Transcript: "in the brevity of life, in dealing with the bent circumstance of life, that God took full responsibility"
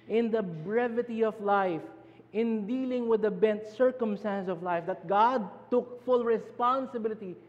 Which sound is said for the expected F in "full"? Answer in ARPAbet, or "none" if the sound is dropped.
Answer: F